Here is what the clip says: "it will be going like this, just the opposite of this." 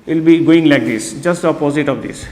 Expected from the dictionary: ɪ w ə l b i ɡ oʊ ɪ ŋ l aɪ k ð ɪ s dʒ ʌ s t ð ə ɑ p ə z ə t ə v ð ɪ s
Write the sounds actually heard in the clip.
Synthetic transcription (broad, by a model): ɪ l b i ɡ oʊ ɪ ŋ l aɪ k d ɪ s dʒ ʌ s t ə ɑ p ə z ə t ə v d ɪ s